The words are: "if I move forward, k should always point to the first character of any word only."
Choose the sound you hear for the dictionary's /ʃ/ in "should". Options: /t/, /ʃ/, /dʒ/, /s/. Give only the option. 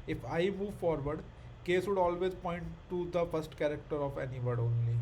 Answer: /s/